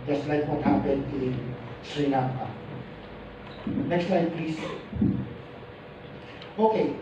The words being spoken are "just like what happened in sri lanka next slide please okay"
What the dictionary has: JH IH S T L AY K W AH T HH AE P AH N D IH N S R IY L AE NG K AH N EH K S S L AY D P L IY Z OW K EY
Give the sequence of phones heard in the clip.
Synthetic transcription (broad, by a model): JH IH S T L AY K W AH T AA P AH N IH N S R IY N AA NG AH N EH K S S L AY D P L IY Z OW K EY